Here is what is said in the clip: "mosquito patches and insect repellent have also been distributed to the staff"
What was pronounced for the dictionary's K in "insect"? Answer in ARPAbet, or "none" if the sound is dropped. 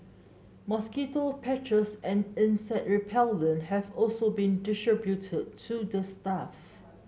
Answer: none